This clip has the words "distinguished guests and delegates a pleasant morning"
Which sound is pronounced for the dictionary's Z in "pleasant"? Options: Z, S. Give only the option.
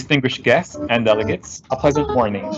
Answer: Z